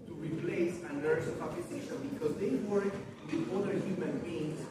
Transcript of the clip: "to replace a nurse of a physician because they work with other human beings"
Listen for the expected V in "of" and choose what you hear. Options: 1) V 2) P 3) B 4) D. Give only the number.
2